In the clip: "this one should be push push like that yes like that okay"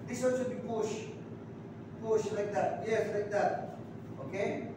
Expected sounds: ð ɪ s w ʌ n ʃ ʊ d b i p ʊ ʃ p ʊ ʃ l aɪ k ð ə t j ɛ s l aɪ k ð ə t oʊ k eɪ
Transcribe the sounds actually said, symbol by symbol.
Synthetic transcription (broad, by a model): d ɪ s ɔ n s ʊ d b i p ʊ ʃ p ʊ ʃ l aɪ k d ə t j ɛ s l aɪ k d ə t oʊ k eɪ